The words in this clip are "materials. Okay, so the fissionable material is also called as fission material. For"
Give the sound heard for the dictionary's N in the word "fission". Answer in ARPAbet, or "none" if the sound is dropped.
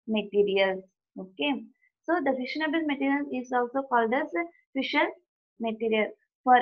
L